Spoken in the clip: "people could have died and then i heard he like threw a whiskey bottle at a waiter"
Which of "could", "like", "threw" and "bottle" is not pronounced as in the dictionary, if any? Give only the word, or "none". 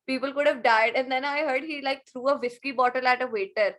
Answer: threw